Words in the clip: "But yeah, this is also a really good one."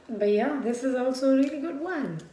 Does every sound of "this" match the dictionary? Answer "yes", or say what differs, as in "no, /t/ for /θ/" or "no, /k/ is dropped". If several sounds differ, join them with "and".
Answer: yes